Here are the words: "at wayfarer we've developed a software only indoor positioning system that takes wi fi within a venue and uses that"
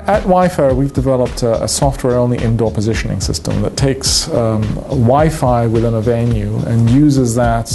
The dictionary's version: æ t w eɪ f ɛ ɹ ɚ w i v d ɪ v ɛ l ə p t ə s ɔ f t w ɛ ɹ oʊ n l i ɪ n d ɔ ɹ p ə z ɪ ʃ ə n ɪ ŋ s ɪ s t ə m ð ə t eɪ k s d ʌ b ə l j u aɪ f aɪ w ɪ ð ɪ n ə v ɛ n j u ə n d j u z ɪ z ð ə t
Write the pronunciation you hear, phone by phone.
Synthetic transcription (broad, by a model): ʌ t w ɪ f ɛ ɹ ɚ w i v d ɪ v ɛ l ə p t ə s ɔ f t w ɛ ɹ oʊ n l i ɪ n d ɔ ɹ p ə z ɪ ʃ ə n ɪ ŋ s ɪ s t ə m ð ə t eɪ k s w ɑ ə f aɪ w ɪ ð ɪ n ə v ɛ n j u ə n j u z ɪ z ð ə t